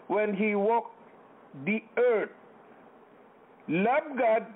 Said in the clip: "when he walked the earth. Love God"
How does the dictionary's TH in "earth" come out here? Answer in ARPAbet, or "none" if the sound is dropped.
T